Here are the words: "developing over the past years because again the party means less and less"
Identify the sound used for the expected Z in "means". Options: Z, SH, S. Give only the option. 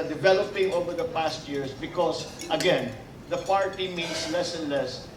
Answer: S